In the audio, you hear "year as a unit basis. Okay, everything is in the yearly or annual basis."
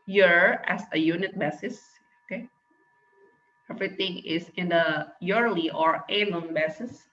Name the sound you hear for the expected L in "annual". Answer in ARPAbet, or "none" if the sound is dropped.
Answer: N